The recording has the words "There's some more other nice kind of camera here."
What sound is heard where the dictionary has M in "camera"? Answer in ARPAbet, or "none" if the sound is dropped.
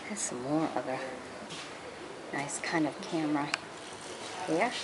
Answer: M